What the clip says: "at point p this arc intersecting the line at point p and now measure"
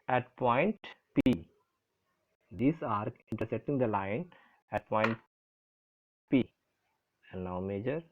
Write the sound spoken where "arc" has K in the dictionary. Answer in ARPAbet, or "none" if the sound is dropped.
none